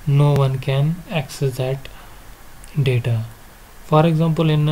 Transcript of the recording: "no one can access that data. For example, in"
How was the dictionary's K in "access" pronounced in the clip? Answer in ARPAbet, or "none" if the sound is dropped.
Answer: K